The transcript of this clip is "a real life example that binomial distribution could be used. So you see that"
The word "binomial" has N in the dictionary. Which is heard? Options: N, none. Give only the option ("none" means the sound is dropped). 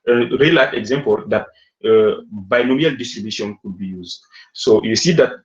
N